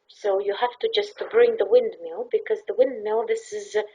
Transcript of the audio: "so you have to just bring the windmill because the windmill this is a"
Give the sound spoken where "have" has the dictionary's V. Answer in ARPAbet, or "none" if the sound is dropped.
F